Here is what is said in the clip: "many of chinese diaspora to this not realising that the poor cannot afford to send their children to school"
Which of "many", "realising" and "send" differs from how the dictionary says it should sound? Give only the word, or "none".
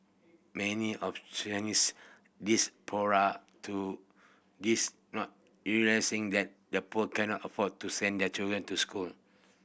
realising